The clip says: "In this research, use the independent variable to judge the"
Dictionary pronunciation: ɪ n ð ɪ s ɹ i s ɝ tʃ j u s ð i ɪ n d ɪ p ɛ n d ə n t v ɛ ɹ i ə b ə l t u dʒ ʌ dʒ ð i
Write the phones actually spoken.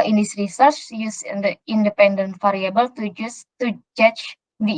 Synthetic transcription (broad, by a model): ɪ n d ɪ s ɹ i s ɝ tʃ j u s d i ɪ n d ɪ p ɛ n d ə n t f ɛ ɹ i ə b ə l t u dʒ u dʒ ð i